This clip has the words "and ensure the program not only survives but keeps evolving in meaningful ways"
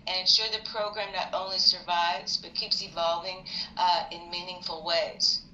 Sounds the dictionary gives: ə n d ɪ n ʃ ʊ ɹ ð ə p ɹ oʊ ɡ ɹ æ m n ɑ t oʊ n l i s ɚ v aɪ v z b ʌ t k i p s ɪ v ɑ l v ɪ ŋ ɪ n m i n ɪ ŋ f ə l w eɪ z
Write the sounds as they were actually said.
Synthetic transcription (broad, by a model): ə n ɪ n ʃ ʊ ɹ ð ə p ɹ oʊ ɡ ɹ æ m n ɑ t oʊ n l i s ɚ v aɪ v z b ʌ t k i p s ɪ v ɑ l v ɪ ŋ ɪ n m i n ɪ ŋ f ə l w eɪ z